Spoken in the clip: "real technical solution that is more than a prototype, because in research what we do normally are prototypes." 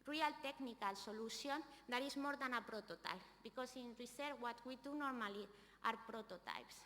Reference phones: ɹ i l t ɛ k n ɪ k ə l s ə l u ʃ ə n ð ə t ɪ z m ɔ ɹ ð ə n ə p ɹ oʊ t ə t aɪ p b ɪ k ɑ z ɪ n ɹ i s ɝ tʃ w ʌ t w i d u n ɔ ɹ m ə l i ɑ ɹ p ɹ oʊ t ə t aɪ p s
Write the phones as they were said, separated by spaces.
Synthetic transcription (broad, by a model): ɹ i l t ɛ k n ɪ k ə l s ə l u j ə n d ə t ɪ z m ɔ ɹ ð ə n ə p ɹ oʊ t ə t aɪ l b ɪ k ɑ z ɪ n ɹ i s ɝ w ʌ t w i d u n ɔ ɹ m ə l i ɑ ɹ p ɹ oʊ t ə t aɪ p s